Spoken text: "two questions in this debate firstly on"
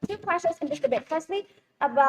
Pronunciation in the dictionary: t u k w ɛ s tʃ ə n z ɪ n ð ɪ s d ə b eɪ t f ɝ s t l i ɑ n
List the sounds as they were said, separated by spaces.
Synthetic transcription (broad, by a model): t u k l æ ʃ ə z ɪ n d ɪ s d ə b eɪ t f ɝ s t l i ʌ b